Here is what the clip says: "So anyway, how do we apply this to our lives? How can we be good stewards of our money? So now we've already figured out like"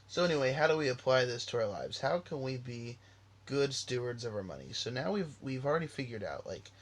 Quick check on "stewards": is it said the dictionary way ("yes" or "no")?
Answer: yes